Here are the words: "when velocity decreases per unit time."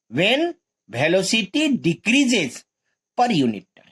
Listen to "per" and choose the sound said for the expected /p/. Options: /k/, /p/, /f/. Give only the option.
/p/